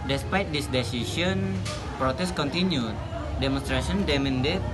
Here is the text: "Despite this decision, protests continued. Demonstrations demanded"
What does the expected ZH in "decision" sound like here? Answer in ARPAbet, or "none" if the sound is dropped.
SH